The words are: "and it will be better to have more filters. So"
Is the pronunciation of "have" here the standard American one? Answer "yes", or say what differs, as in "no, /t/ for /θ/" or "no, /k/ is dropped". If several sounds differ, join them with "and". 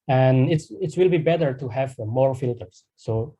yes